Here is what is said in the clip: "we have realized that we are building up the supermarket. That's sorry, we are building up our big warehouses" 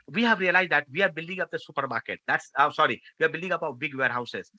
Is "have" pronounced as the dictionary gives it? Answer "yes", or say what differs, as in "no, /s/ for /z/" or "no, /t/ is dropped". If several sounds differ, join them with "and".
yes